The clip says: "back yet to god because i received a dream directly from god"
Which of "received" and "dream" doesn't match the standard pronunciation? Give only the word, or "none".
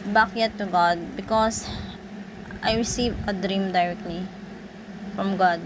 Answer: received